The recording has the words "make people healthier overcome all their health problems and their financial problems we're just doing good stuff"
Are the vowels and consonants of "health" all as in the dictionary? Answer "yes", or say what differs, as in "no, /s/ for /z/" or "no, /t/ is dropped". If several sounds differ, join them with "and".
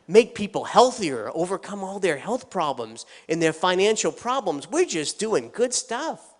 yes